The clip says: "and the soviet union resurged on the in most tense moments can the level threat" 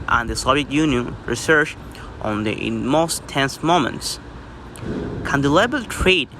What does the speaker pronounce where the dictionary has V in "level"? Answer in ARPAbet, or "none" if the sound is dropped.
B